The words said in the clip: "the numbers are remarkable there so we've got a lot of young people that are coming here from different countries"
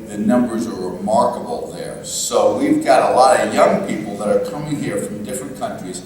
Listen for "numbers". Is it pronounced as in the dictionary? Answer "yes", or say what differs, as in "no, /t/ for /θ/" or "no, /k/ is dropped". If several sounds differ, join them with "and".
yes